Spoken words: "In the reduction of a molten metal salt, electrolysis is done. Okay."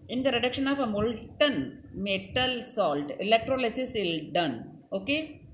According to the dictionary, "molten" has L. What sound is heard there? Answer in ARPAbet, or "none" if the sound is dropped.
L